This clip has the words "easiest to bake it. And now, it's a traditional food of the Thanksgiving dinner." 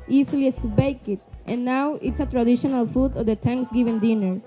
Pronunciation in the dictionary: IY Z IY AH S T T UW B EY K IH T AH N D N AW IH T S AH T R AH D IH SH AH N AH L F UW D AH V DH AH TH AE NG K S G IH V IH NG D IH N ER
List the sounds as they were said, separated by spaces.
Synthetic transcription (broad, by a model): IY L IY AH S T T UW B EY K IH T AH N D N AW IH T S AH T R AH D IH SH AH N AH L F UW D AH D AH T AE NG K S G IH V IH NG D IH N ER